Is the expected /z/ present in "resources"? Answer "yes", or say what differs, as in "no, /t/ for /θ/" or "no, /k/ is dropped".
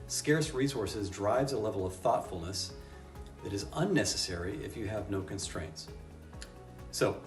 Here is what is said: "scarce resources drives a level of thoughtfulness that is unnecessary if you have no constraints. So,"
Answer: yes